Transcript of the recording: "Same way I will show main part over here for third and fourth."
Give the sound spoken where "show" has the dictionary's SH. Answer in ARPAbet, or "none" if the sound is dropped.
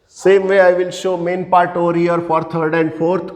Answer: SH